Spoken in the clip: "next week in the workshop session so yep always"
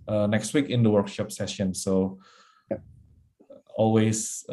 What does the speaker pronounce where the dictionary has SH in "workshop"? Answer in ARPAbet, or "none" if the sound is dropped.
SH